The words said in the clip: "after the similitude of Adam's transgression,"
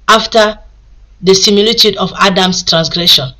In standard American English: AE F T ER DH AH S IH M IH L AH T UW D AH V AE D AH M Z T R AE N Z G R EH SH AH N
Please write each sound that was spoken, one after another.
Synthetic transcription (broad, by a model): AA F T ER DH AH S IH M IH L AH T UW D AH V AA D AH M S T R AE N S G R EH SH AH N